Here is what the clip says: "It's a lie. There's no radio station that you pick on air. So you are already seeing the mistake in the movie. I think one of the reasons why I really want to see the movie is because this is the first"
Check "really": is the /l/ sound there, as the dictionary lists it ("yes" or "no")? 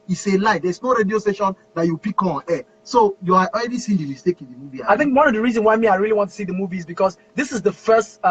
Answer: yes